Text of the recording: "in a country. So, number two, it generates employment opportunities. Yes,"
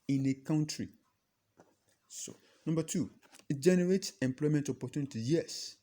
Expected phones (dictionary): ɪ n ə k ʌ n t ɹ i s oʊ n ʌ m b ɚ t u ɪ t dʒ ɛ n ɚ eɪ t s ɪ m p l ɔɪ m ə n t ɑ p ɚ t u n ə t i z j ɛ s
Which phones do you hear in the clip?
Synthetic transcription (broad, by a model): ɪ n ə k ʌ n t ɹ i s oʊ n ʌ m b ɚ t u ɪ t dʒ ɛ n ɚ eɪ t s ɪ m p l ɔɪ m ə n t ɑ p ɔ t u n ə t i j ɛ s